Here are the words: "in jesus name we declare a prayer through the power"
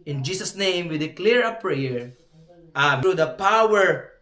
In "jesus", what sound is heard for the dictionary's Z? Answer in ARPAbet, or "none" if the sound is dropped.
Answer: S